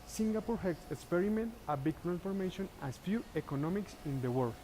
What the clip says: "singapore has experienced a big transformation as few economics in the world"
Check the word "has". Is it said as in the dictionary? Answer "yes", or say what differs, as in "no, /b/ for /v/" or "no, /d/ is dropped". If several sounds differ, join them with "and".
no, /s/ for /z/